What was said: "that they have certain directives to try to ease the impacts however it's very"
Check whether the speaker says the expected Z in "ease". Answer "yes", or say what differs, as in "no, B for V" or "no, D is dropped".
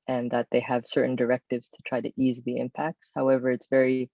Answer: yes